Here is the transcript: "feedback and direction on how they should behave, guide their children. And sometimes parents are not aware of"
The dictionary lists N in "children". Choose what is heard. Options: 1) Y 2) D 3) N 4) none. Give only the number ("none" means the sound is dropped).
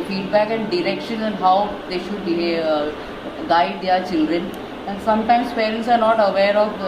3